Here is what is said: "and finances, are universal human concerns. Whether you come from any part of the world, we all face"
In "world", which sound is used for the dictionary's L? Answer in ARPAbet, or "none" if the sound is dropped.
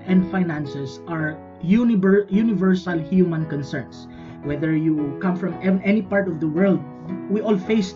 L